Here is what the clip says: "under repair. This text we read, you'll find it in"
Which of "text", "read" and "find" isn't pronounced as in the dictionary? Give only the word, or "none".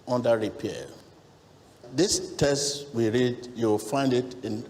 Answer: text